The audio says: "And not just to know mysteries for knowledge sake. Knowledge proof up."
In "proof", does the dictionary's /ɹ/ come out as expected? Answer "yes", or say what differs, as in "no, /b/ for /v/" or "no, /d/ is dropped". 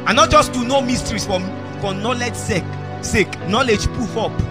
no, /ɹ/ is dropped